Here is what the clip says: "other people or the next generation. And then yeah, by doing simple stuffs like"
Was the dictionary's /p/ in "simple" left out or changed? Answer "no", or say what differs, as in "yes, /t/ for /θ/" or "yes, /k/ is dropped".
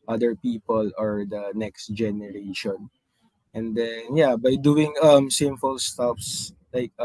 yes, /f/ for /p/